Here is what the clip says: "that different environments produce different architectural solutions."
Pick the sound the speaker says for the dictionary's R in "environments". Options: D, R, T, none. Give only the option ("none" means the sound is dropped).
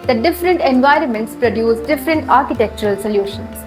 R